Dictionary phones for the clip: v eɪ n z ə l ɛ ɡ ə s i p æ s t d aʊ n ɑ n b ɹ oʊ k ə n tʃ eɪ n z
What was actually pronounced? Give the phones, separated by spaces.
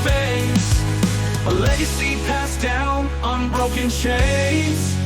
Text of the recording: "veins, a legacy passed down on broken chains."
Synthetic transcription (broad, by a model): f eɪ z ə l ɛ ɡ ə s i p æ s d aʊ n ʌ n b ɹ oʊ k ə n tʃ eɪ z